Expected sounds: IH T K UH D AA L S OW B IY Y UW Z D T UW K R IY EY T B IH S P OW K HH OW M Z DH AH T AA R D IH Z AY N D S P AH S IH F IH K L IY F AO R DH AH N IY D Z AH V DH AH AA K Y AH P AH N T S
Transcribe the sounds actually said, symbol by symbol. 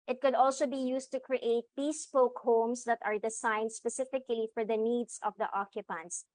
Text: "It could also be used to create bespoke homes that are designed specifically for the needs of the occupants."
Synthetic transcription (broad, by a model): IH T K UH D AA L S OW B IY Y UW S T UW K R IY EY T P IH S P OW K HH OW M S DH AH T AA R D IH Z AY N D S P AH S IH F IH K L IY F AO R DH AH N IY D S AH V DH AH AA K Y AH P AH N T S